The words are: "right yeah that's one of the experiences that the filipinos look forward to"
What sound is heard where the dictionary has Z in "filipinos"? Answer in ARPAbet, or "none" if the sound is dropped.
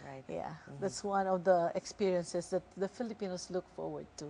S